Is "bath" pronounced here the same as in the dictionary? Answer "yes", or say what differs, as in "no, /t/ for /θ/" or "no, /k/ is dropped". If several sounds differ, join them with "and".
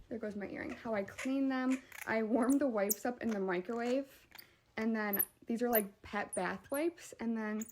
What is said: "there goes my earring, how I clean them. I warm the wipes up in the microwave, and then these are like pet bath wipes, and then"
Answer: yes